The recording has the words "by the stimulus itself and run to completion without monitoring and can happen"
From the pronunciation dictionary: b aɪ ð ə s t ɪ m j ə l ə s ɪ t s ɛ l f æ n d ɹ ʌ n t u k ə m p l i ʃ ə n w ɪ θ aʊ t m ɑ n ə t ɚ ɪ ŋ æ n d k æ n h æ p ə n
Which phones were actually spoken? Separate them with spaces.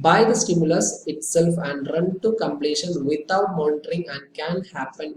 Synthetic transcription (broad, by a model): b aɪ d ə s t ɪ m j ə l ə s ɪ t s ɛ l f æ n d ɹ ʌ n t u k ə m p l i ʃ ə n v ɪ t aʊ t m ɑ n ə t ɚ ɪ ŋ æ n d k æ n h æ p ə n